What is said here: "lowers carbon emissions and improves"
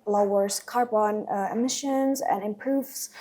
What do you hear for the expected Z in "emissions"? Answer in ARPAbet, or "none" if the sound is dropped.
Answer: Z